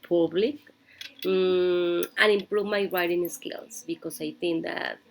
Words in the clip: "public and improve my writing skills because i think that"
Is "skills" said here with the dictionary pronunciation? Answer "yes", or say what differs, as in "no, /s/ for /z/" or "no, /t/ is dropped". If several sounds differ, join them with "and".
no, /s/ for /z/